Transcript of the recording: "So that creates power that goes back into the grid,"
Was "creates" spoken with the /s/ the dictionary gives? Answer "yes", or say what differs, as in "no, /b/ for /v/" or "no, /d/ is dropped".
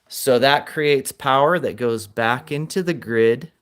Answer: yes